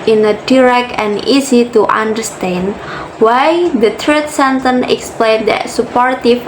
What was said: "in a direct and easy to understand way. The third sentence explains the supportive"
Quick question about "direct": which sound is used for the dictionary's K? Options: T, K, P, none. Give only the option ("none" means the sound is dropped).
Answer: K